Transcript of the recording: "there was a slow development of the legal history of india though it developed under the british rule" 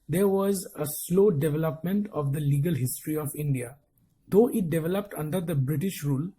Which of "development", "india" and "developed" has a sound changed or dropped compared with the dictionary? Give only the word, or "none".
none